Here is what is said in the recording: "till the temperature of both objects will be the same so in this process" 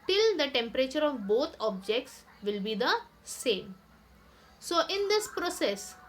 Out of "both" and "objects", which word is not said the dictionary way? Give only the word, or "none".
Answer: both